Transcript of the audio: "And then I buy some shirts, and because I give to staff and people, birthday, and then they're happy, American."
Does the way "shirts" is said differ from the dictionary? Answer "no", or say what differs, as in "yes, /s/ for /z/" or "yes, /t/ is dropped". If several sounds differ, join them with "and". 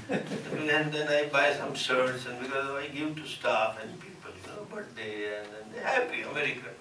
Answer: yes, /s/ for /ʃ/